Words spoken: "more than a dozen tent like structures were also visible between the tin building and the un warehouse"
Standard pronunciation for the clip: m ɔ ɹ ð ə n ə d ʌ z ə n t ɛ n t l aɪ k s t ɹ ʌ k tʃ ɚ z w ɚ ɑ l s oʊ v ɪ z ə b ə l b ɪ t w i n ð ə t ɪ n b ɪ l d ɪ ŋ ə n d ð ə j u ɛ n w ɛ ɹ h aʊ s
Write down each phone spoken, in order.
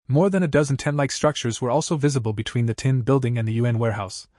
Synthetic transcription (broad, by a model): m ɔ ɹ ð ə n ə d ʌ z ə n t ɛ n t l aɪ k s t ɹ ʌ k tʃ ɚ z w ɚ ɑ l s oʊ v ɪ z ə b ə l b ɪ t w i n ð ə t ɪ n b ɪ l d ɪ ŋ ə n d ð ə j u ɛ n w ɛ ɹ h aʊ s